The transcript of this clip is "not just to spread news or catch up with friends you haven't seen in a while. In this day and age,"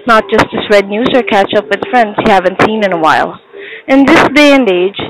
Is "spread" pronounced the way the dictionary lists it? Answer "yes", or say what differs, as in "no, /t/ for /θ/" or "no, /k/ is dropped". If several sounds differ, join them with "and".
no, /p/ is dropped